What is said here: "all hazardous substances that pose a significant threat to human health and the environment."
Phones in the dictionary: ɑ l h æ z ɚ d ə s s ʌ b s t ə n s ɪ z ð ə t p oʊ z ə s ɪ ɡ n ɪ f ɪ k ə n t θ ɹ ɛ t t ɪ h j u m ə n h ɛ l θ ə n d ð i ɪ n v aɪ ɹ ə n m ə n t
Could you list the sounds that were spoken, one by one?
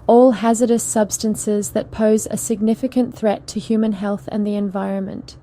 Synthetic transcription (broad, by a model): ɑ l h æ z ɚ d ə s s ʌ b s t ə n s ɪ z ð ə t p oʊ z ə s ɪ ɡ n ɪ f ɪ k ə n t θ ɹ ɛ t t ɪ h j u m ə n h ɛ l θ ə n ð i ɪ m v aɪ ɹ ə n m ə n t